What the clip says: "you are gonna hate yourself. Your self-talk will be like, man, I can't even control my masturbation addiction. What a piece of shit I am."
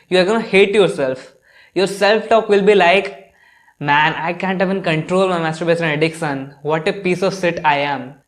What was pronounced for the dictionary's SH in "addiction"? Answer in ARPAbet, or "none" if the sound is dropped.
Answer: S